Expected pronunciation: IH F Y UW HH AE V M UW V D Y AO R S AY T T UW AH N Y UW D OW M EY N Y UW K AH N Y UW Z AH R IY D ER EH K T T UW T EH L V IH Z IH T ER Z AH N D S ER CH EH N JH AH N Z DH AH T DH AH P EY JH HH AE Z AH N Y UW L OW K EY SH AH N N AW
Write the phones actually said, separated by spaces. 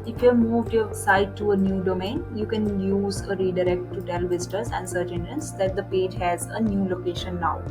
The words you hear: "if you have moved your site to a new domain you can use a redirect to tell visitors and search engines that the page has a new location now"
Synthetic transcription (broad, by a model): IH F Y UW M UW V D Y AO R S AY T T UW AH N Y UW D OW M EY N Y UW K AH N Y UW Z AH R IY D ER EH K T T UW T EH L V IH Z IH T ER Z AH N D S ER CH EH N AH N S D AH T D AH P EY JH HH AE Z AH N Y UW L OW K EY SH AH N N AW